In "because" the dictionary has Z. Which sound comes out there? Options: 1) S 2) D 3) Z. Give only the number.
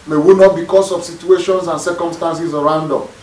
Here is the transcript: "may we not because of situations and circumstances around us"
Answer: 1